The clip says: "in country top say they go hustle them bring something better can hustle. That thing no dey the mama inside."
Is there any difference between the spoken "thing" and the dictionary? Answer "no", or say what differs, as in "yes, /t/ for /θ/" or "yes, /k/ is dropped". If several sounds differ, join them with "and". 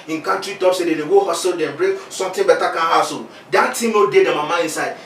yes, /t/ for /θ/